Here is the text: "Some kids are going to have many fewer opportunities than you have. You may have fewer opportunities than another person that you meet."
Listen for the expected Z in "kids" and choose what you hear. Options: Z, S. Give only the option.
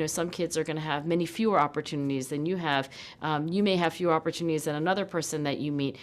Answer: Z